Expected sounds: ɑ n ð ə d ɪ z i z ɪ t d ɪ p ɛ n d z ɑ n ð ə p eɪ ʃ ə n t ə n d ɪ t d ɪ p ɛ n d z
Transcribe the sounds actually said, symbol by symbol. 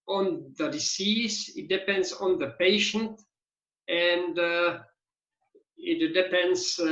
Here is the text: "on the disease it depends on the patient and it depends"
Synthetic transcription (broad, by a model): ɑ n ð ə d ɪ s i s ɪ t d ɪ p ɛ n d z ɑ n ð ə p eɪ ʃ ə n t ə n d ɪ t d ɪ p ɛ n d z